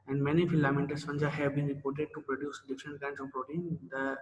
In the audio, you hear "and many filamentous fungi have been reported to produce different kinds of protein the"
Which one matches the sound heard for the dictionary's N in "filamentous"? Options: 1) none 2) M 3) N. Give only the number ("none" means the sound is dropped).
1